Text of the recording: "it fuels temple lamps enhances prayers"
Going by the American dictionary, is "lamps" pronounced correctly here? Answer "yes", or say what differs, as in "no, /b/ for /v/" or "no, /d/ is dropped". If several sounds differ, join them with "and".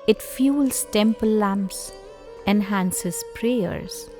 yes